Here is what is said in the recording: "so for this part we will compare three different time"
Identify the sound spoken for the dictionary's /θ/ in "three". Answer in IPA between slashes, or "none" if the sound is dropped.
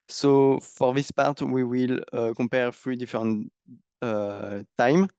/f/